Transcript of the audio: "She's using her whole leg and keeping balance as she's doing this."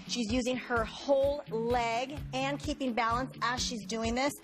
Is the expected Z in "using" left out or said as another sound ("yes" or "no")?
no